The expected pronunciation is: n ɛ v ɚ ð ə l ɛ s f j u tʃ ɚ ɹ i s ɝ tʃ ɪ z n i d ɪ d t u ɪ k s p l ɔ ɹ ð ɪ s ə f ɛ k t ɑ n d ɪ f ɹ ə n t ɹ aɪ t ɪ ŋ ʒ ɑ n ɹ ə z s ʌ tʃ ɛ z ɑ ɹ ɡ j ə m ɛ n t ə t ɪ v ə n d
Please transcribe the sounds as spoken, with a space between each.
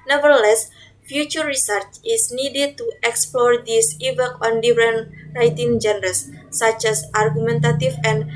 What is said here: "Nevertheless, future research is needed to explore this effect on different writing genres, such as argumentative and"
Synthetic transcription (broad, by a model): n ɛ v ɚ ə l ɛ s f j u tʃ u ɹ i s ɝ tʃ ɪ s n i d ɪ d t u ɪ k s p l ɔ ɹ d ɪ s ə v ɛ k ɑ n d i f ɹ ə n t ɹ aɪ t ɪ ŋ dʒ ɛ n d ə s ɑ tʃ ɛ s ɑ ɹ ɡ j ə m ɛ n t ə t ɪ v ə n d